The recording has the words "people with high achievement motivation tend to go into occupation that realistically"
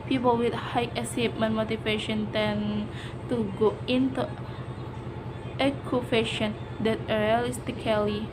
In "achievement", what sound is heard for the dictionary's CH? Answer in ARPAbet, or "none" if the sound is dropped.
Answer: S